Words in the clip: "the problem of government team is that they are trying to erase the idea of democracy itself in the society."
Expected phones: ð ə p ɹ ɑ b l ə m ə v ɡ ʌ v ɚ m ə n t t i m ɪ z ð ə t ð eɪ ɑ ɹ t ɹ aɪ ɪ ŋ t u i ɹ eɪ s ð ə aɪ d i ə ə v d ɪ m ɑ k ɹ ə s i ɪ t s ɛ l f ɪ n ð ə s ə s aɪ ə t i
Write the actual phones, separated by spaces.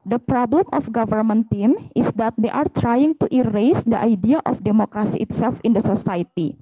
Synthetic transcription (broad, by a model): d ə p ɹ ɑ b l ə m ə f ɡ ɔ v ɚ m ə n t t i m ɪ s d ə t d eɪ ɑ ɹ t ɹ aɪ ɪ ŋ t u i ɹ eɪ s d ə aɪ d i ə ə f d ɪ m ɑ k ɹ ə s i ɪ t s ɛ l f ɪ n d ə s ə s aɪ t i